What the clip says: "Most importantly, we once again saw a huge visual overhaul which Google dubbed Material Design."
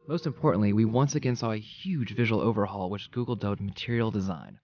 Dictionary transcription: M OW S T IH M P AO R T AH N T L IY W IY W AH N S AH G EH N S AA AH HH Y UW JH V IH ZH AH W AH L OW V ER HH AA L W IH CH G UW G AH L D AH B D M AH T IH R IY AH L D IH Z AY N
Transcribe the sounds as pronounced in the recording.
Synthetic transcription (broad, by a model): M OW S T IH M P AO R T N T L IY W IY W AH N S AH G EH N S AA AH HH Y UW JH V IH ZH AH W L OW V ER HH AA L W IH CH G UW G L D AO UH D M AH T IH R IY L D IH Z AY N